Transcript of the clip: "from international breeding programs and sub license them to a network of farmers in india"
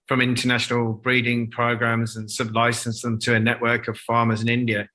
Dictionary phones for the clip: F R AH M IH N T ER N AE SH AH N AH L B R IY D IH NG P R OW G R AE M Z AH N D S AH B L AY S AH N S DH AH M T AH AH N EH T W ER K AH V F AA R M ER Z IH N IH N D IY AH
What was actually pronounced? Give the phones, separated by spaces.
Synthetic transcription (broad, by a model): F R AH M IH N T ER N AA SH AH N AH L B R IY D IH NG P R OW G R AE M Z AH N S AH B L AY S AH N S DH AH M T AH AH N EH T W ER K AH V F AA M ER Z IH N IH N D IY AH